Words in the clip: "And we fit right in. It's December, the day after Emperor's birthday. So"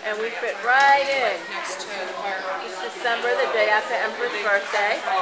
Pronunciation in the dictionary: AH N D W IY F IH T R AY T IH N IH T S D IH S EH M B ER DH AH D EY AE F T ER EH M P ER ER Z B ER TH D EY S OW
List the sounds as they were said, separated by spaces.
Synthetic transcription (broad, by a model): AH N W IY F IH T R AY T IH N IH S D IH S EH M B ER DH AH D EY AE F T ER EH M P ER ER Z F ER S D EY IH